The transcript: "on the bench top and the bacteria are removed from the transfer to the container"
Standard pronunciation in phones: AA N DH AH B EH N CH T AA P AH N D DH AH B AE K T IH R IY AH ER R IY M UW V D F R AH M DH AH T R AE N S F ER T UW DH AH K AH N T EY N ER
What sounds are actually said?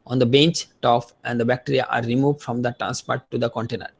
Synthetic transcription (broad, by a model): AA N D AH B EH N CH T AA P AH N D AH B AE K T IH R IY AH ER R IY M UW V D F R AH M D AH T R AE N S P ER T UW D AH K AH N T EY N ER